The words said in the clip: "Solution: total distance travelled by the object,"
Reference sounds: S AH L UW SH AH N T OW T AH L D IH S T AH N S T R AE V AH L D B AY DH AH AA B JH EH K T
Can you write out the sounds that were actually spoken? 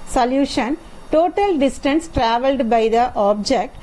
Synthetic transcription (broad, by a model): S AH L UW SH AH N T OW T AH L D IH S T AH N S T R AE V AH L D B AY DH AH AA B JH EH K T